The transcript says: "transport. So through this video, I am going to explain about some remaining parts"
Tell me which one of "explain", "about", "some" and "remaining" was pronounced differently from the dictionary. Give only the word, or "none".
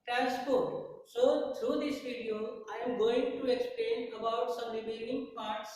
remaining